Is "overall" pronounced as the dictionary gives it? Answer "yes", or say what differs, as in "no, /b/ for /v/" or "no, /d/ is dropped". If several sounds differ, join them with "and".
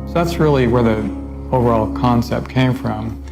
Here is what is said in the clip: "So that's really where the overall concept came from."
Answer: yes